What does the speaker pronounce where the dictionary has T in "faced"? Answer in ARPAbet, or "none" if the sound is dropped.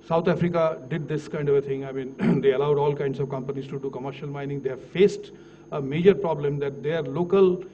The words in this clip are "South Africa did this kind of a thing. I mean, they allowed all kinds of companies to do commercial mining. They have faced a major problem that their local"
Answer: T